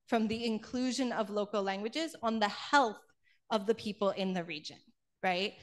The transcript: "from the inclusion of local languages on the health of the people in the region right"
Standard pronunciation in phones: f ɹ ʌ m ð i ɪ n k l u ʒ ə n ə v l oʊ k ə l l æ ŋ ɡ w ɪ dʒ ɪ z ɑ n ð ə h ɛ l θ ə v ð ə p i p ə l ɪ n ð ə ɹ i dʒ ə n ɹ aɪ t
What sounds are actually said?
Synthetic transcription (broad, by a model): f ɹ ʌ m ð i ɪ n k l u ʒ ə n ə v l oʊ k l l æ ŋ ɡ w ɪ dʒ ɪ z n ð ə h ɛ l θ ə v ð ə p i p l ɪ n ð ə ɹ i dʒ ə n ɹ aɪ t